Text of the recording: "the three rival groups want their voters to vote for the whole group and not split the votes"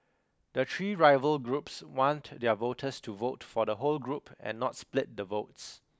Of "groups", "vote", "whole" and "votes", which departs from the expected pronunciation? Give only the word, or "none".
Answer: none